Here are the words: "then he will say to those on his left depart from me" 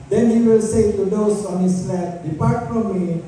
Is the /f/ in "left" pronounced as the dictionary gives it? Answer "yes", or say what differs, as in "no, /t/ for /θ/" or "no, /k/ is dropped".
no, /f/ is dropped